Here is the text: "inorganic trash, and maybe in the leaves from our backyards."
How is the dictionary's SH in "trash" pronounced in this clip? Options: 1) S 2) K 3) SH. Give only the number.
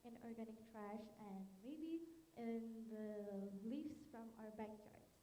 3